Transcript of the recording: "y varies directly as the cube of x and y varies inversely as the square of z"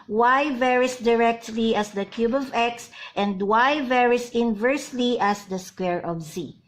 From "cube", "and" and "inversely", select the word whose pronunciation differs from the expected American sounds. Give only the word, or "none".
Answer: none